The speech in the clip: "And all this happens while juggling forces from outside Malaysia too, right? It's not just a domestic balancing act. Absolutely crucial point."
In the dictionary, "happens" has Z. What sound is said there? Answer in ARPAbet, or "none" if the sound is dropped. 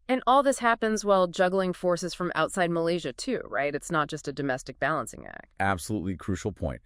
Z